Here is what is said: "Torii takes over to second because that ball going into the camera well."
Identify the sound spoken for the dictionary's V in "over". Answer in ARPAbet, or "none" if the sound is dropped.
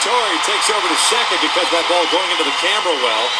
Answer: V